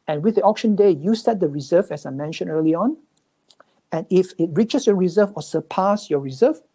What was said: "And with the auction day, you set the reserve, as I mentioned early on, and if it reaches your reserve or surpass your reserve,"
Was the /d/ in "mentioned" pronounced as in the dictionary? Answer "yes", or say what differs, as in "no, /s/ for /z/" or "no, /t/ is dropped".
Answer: no, /d/ is dropped